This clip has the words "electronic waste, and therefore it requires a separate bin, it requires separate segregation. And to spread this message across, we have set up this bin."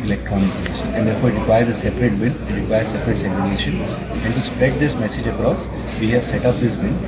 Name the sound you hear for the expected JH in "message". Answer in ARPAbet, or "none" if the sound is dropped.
JH